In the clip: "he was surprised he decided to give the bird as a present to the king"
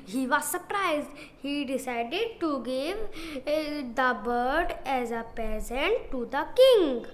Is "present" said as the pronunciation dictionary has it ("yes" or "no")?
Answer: no